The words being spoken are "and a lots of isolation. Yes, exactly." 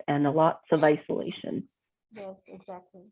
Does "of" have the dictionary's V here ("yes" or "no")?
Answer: yes